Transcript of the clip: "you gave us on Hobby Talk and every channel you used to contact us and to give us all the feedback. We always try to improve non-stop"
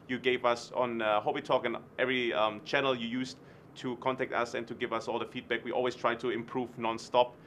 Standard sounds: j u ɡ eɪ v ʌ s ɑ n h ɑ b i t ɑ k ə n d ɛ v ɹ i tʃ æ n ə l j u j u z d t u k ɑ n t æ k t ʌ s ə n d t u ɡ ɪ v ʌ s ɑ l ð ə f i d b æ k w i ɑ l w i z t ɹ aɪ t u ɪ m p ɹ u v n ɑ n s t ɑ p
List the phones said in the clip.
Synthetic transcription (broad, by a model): j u ɡ eɪ v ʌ s ɑ n h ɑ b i t ɑ k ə n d ɛ v ɹ i tʃ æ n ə l j u j u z t u k ɑ n t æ k t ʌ s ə n t u ɡ ɪ v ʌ s ɑ l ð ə f i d b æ k w i ɑ l w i s t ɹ aɪ t u ɪ m p ɹ u v n ɑ n s t ɑ p